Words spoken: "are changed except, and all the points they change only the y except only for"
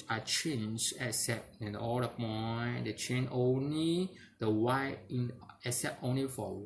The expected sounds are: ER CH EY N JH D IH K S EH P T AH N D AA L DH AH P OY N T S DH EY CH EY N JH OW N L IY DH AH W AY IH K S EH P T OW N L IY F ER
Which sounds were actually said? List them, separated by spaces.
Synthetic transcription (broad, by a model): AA CH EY N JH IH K S EH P AH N AA L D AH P OY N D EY CH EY N OW N L IY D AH W AY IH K S EH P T OW N L IY F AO